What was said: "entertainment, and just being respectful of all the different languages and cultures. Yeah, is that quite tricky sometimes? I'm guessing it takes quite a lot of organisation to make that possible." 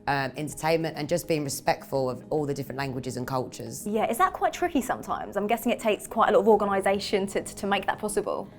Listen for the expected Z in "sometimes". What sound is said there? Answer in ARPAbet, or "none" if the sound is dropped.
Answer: Z